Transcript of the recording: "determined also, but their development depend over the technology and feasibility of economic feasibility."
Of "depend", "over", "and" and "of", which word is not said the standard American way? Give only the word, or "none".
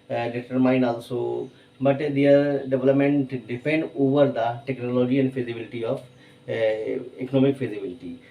of